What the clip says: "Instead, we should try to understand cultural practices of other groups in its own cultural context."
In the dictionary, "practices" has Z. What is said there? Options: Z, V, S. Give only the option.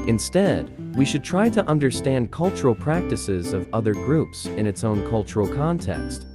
Z